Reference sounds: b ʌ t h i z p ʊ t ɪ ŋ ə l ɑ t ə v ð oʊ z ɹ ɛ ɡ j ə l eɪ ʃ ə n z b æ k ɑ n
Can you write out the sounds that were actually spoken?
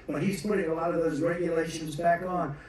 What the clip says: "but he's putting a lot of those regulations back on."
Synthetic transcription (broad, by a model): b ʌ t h i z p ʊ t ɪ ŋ ə l ɑ t ə v ð oʊ z ɹ ɛ ɡ j ə l eɪ ʃ ə n z b æ k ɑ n